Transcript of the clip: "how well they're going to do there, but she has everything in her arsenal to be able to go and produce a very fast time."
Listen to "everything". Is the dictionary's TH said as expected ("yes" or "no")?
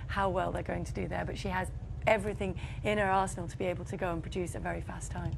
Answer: yes